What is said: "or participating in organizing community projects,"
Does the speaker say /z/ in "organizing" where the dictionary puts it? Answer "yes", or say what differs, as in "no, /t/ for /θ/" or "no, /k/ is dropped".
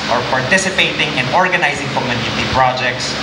yes